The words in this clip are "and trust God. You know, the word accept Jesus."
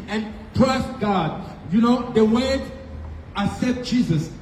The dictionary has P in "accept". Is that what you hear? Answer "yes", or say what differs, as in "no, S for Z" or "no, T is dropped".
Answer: no, P is dropped